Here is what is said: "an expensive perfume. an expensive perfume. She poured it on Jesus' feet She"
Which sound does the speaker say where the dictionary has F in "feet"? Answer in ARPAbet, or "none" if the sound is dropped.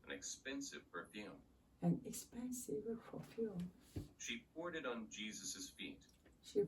F